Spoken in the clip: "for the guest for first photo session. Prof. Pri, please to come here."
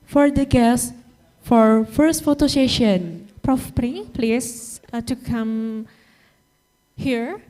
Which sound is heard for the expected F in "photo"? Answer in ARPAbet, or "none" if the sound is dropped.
F